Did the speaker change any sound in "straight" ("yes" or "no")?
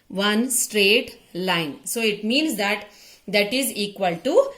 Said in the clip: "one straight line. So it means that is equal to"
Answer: no